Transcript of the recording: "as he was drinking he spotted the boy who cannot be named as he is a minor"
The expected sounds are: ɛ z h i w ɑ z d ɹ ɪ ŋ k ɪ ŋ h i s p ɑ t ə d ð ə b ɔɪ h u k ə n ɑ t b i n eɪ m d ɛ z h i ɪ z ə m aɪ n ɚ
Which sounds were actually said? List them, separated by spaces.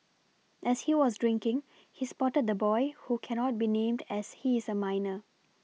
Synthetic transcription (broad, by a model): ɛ s h i w ɑ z d ɹ ɪ ŋ k ɪ ŋ h i s p ɑ t ə d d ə b ɔɪ h u k ə n ɑ t b i n eɪ m d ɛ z h i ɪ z ə m aɪ n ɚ